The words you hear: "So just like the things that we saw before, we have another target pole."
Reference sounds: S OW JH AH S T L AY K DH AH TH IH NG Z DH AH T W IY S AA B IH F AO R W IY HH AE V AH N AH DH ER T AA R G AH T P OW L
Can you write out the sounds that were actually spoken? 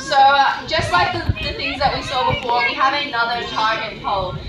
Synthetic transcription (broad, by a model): S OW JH AH S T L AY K DH AH TH IH NG Z DH AH T W IY S AA B IH F AO R W IY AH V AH N AH DH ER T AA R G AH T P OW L